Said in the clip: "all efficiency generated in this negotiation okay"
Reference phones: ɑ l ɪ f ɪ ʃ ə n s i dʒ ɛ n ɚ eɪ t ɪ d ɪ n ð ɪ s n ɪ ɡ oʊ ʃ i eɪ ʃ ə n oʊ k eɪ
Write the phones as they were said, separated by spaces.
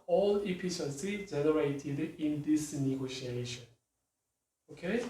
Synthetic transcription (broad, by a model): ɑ l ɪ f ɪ s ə s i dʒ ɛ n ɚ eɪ t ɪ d ɪ n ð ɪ s n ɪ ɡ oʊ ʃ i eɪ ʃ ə n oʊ k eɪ